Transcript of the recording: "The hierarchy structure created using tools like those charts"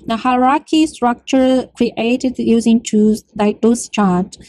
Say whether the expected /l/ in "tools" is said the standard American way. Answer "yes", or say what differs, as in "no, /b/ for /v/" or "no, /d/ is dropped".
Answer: no, /l/ is dropped